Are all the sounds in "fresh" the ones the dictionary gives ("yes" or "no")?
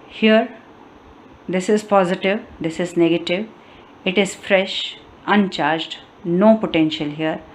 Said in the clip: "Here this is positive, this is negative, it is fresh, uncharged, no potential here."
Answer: yes